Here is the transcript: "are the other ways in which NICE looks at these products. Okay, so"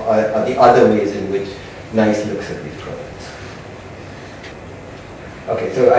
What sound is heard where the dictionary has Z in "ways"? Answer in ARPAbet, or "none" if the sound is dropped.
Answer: Z